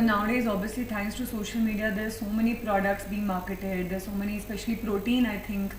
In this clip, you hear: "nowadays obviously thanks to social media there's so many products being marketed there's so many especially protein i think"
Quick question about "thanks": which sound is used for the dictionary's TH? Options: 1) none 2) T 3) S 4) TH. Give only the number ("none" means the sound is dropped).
2